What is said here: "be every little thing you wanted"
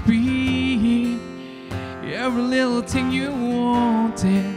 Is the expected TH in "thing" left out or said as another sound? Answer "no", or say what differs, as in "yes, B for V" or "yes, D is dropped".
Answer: yes, T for TH